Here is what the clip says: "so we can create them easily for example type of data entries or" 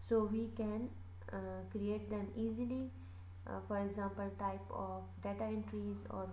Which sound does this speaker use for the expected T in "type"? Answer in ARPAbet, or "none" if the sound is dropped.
T